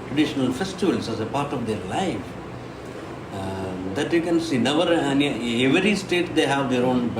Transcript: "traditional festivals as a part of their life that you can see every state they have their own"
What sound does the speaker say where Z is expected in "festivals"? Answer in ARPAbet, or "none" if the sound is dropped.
S